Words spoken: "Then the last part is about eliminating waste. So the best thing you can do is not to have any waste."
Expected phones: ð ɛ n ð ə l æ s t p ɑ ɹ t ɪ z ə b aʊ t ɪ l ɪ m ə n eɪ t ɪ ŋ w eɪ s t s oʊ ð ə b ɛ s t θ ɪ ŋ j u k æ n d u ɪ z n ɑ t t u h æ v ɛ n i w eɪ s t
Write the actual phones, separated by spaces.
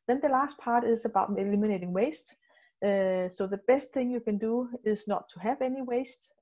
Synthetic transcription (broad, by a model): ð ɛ n ð ə l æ s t p ɑ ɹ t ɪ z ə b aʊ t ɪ l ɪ m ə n eɪ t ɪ ŋ w eɪ s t s oʊ ð ə b ɛ s t θ ɪ ŋ j u k æ n d u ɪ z n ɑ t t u h æ v ɛ n i w eɪ s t